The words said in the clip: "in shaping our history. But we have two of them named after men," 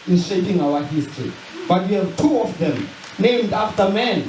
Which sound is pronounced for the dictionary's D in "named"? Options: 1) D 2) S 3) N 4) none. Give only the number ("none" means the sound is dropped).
1